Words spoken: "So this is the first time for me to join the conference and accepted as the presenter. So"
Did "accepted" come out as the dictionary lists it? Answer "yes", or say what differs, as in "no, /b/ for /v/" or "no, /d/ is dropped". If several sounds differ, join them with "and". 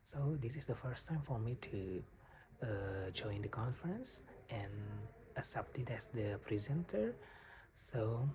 no, /k/ is dropped